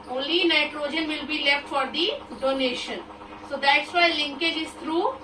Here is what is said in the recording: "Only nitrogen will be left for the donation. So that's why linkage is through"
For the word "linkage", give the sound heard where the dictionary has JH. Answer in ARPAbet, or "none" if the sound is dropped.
JH